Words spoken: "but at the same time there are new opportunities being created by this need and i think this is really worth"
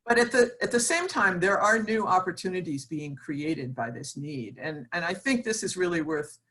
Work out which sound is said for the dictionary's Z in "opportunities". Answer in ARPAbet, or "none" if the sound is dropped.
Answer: Z